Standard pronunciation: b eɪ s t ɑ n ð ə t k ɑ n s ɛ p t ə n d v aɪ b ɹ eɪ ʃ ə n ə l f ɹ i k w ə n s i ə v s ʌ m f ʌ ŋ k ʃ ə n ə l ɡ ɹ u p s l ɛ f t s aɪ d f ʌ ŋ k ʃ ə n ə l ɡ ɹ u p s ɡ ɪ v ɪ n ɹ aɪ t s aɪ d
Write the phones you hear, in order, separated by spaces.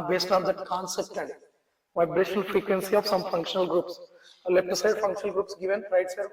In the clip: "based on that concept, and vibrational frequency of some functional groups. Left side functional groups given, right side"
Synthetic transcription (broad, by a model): b eɪ s t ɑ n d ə t k ɑ n s ɛ p t ə n d v aɪ b ɹ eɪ ʃ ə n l f ɹ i k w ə n s i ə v s ʌ m f ʌ ŋ k ʃ ə n ə l ɡ ɹ u p s l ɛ p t s aɪ d f ʌ ŋ k ʃ ə n ə l ɡ ɹ u p s ɡ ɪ v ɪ n ɹ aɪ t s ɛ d